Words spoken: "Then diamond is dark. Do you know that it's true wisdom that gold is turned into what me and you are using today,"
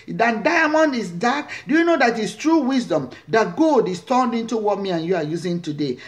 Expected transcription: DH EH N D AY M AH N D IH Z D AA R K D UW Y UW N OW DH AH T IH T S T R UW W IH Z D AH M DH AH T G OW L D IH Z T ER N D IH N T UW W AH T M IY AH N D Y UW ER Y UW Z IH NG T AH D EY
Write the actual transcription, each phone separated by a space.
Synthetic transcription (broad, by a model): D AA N D AY M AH N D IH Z D AA K D UW Y UW N OW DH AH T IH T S T R UW W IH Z D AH M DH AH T G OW D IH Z T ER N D IH N T UW W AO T M IY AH N Y UW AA Y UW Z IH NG T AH D EY